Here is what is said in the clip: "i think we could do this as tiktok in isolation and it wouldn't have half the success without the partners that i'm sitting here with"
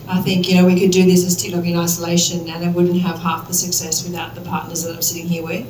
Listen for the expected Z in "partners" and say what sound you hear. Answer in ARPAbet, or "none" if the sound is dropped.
Z